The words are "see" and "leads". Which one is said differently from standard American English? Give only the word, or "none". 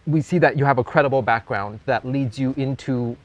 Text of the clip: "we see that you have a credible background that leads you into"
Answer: none